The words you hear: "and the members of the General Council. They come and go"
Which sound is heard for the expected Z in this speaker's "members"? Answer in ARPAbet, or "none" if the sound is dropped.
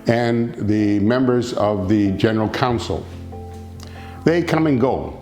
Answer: Z